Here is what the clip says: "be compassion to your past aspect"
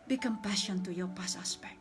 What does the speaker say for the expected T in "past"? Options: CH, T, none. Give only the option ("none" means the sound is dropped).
none